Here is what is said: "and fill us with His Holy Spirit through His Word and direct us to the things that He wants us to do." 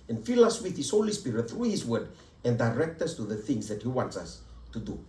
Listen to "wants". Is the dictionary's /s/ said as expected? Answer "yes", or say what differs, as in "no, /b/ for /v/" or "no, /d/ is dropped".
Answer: yes